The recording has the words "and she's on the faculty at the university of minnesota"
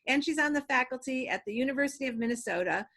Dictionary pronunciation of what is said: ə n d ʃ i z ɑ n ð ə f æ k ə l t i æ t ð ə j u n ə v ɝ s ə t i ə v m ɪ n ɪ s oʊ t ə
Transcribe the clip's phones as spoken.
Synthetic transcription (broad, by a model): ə n ʃ i z n ð ə f æ k l t i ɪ t ð ə j u n ə v ɝ s ə t i ə v m ɪ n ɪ s oʊ t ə